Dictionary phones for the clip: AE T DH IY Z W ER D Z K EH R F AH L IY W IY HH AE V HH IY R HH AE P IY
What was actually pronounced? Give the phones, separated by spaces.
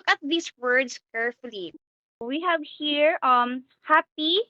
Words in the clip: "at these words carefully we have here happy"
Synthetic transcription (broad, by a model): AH T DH IY S W ER D S K EH R F AH L IY W IY HH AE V HH IY R HH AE P IY